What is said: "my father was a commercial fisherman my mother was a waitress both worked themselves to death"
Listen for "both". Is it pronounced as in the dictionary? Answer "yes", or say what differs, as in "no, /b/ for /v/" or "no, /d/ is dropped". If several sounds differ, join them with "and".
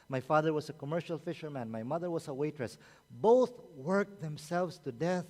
yes